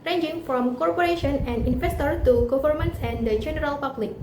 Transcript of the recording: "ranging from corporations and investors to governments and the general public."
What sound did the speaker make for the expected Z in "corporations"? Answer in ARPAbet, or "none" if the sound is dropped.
none